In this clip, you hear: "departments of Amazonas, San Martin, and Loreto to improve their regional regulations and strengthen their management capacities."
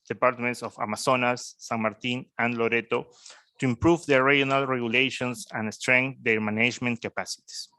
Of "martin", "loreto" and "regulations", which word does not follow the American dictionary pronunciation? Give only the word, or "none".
regulations